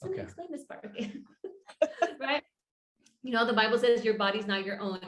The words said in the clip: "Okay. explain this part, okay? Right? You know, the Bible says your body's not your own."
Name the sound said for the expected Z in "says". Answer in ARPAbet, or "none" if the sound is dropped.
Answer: Z